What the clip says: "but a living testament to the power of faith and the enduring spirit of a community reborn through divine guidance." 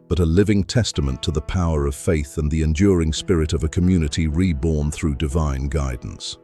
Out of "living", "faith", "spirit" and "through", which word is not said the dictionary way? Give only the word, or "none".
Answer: none